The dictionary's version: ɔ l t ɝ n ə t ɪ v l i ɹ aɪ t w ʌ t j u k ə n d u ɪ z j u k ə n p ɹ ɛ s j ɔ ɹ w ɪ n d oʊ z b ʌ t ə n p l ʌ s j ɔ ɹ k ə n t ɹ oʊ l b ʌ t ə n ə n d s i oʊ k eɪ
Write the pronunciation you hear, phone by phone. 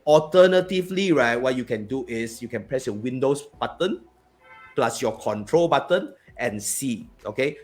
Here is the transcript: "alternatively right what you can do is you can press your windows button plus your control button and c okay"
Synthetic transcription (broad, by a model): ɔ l t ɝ n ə t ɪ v l i ɹ aɪ t w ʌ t j u k ə n d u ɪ s j u k ə n p ɹ ɛ s j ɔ w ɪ n d oʊ s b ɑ t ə n p l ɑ s j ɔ k ə n t ɹ oʊ l b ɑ t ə n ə n s i oʊ k eɪ